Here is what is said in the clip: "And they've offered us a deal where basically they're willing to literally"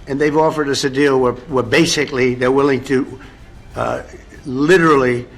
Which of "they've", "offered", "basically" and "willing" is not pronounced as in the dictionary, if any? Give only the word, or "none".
none